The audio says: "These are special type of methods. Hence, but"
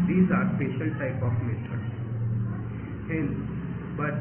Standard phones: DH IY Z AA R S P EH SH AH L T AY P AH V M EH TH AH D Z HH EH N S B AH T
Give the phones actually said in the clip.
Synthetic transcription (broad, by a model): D IY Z AA R S P EH SH AH L T AY P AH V M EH T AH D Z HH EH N B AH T